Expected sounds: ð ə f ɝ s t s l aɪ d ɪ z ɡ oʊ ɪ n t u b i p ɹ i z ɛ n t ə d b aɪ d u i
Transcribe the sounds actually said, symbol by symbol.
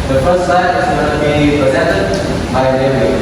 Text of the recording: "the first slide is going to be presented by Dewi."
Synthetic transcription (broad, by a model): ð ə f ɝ s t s aɪ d ɪ z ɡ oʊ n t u b i p ɹ i z ɛ n t ə d b aɪ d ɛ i